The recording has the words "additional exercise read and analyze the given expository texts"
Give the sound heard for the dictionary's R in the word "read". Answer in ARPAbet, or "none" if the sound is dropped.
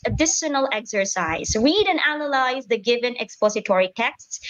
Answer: R